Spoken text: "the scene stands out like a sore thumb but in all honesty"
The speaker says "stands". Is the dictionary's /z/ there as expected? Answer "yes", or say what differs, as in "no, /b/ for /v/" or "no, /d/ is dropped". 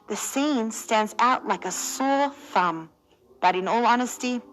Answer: yes